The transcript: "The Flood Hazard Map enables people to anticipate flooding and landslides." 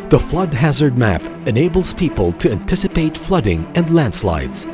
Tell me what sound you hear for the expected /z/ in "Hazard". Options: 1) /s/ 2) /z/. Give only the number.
2